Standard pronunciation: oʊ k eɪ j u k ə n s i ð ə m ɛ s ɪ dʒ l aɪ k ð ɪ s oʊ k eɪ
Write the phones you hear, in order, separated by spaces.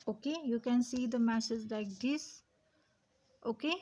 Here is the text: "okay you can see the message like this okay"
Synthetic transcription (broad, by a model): oʊ k eɪ j u k ə n s i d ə m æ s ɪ z l aɪ k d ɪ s oʊ k eɪ